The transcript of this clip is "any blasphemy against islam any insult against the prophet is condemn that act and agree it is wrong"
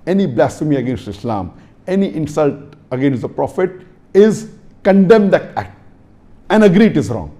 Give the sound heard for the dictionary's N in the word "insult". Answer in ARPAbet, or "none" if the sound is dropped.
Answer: N